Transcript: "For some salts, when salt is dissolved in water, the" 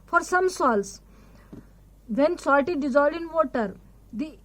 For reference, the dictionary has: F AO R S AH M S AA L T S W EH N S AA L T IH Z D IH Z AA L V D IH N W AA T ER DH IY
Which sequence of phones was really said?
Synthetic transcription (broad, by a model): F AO R S AH M S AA L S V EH N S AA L T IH D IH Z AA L D IH N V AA T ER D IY